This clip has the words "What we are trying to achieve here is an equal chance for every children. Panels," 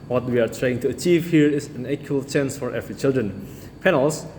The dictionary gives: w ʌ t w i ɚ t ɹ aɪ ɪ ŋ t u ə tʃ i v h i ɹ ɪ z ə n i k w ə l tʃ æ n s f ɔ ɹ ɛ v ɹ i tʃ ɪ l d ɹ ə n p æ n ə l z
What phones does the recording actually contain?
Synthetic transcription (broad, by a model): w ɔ t w i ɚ t ɹ aɪ ɪ ŋ t u ə tʃ i v h i ɹ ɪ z ə n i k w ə l tʃ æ n s f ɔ ɹ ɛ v ɹ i tʃ ɪ l d ɹ ə n p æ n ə l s